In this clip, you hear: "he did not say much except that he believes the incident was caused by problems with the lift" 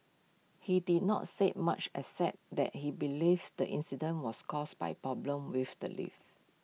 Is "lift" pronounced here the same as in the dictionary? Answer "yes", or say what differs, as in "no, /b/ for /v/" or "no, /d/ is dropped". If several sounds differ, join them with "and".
no, /t/ is dropped